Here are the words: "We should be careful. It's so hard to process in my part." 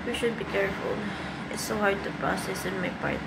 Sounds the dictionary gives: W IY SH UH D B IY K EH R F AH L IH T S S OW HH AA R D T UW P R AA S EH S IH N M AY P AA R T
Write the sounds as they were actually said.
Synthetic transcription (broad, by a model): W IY SH UH D B IY K EH R F AH L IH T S S OW HH AA R D T UW P R AA S EH S IH N M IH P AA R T